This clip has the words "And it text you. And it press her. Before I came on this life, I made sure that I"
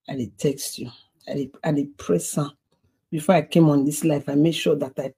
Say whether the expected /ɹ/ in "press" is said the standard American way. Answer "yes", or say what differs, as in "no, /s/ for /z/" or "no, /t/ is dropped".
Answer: yes